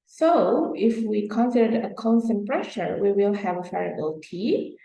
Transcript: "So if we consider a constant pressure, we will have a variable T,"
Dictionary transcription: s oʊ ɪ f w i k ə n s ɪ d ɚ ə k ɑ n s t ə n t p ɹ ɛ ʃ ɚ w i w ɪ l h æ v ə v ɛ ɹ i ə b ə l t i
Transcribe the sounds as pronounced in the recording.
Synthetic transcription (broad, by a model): s oʊ ɪ f w i k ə n s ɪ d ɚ ə k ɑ n s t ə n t p ɹ ɛ ʃ ɚ w i w ɪ l h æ v ə f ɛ ɹ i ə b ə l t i